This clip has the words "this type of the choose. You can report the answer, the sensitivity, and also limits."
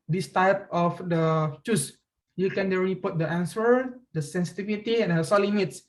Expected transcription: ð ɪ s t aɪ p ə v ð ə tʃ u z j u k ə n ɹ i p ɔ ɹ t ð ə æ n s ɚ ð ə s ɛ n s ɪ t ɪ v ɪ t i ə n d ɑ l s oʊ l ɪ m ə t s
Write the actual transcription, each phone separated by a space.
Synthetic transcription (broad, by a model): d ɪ s t aɪ p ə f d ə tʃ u s j u k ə n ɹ i p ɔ t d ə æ n s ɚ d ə s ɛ n s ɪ t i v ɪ t i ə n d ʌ s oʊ l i m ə t s